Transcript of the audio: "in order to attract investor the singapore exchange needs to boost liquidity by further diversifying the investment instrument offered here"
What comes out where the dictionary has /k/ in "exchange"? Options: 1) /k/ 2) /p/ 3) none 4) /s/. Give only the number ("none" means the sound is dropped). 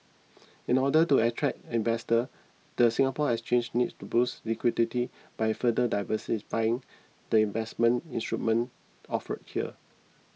3